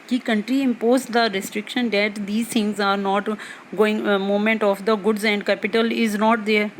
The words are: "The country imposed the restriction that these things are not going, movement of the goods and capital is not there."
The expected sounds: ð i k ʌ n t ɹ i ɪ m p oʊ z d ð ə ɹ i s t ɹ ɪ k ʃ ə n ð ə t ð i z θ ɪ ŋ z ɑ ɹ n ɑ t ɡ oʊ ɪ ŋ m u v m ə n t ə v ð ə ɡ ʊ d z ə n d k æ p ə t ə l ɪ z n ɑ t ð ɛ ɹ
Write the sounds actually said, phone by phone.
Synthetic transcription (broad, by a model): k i k ʌ n t ɹ i ɪ m p oʊ z d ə ɹ i s t ɹ ɪ k ʃ ə n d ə t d i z t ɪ ŋ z ɑ ɹ n ɑ t ɡ oʊ ɪ ŋ m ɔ m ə n t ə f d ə ɡ ʊ d z ə n d k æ p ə t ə l ɪ z n ɑ t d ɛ ɹ